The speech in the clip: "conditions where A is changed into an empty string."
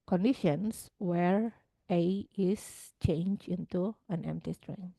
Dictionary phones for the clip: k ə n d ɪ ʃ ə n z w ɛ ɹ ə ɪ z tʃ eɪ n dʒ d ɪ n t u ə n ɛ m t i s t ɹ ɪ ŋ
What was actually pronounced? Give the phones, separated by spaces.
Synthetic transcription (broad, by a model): k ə n d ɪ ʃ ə n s w ɛ ɹ ə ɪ s tʃ eɪ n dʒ ɪ n t u ə n ɛ m t i s t ɹ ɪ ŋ